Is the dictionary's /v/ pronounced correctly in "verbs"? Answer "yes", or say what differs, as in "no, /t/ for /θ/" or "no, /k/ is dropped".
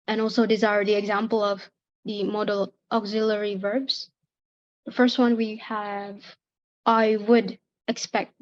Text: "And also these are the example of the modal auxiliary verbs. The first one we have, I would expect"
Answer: yes